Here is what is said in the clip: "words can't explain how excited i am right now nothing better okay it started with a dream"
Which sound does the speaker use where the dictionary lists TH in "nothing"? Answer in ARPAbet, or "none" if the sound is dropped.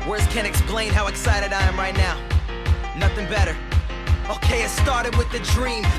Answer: TH